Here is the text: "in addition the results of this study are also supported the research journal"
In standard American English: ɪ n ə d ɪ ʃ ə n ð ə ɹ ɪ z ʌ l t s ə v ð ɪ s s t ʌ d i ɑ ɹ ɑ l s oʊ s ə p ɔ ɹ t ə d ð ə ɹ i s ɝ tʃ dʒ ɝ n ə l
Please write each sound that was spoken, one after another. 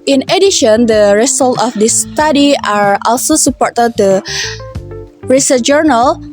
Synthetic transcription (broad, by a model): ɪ n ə d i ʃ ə n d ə ɹ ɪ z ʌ l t ə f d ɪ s s t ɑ d i ɑ ɹ ɑ l s oʊ s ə p ɔ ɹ t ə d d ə ɹ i s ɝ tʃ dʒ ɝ n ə l